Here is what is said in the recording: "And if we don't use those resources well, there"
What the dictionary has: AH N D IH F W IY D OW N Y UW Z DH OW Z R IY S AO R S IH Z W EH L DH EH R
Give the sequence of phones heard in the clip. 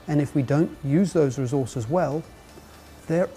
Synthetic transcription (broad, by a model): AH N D IH F W IY D OW N Y UW Z DH OW Z R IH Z AO R S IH Z W EH L DH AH R